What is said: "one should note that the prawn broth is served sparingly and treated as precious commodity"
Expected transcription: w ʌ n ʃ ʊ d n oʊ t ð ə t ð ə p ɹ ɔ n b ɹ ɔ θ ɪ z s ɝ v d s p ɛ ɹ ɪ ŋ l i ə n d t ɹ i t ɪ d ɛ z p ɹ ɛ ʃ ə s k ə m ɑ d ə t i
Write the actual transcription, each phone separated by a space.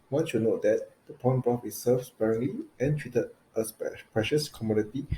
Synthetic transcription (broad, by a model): w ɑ n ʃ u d n oʊ t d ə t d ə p ɔ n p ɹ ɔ f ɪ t s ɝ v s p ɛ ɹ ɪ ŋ l i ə n t ɹ i t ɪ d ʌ s p ɹ ɛ ʃ ə s k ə m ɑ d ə t i